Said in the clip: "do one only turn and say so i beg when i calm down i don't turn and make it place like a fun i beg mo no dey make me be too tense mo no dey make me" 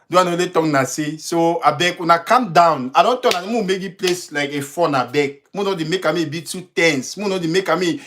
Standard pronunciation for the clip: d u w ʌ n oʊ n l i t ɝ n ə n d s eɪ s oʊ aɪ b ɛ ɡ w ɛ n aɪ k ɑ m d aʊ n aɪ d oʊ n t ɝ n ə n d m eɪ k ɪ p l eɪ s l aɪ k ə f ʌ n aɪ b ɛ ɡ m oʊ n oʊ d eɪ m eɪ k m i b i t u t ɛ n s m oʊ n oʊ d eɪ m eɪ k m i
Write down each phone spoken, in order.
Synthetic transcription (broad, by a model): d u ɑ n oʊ l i t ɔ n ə s eɪ s oʊ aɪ b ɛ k w ɛ n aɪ k ɑ m d aʊ n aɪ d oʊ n t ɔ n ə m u m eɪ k ɪ p l eɪ s l aɪ k ə f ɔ n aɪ b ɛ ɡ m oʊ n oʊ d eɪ m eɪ k m i b i t u t ɛ n s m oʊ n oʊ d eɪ m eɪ k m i